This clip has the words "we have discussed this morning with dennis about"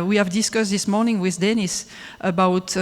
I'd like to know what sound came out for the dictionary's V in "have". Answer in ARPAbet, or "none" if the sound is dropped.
V